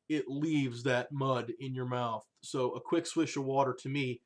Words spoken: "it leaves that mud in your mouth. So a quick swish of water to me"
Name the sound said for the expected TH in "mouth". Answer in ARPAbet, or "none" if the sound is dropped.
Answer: TH